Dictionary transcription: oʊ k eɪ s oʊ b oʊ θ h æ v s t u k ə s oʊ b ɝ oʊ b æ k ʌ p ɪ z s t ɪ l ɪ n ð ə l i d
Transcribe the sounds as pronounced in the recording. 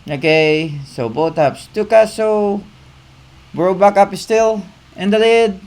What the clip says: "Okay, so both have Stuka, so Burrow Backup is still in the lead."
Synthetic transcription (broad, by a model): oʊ k eɪ s oʊ b oʊ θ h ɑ p s t u k ə s oʊ b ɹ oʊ b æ k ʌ p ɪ s t ɪ l ɪ n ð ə l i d